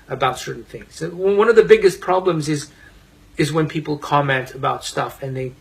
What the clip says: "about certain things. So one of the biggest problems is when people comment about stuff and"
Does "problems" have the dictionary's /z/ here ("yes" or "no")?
yes